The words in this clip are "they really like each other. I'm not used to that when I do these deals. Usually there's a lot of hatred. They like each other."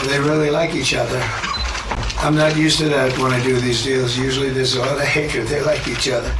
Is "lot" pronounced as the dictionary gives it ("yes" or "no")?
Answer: no